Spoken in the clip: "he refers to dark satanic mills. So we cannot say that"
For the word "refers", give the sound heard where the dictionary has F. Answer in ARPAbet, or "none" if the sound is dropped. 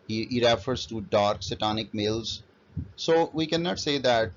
F